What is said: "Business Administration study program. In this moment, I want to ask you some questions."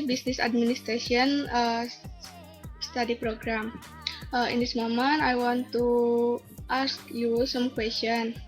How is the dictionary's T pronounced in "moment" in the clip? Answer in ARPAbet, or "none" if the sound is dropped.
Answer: none